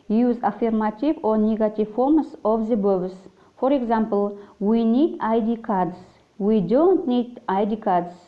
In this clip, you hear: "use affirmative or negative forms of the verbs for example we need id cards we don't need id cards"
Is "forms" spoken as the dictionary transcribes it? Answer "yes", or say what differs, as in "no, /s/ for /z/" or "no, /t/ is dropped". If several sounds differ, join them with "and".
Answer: no, /s/ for /z/